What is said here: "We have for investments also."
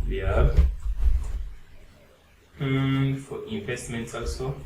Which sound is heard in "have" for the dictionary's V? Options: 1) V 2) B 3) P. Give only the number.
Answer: 2